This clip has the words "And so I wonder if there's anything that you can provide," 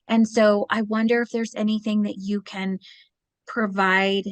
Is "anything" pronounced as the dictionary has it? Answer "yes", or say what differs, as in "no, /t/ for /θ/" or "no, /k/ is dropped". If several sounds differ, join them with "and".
yes